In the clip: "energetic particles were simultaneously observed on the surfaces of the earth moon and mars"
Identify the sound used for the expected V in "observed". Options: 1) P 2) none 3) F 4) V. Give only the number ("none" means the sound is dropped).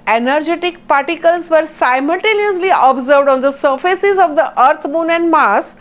4